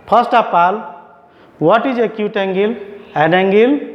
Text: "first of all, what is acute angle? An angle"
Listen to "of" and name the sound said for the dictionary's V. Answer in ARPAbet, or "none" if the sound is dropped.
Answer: P